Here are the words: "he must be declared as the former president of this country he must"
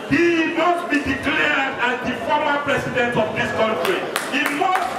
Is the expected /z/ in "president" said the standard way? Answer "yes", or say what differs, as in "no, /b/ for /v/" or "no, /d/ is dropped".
no, /s/ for /z/